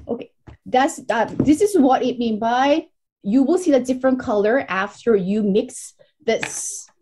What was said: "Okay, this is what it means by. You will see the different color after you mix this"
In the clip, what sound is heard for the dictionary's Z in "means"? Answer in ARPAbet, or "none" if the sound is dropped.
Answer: none